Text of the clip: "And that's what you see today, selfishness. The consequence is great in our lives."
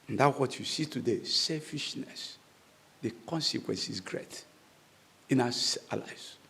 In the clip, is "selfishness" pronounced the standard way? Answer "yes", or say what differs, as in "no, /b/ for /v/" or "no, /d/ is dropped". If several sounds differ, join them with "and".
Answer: yes